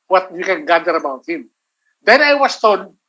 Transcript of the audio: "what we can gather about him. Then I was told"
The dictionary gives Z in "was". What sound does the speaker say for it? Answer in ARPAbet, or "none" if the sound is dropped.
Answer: S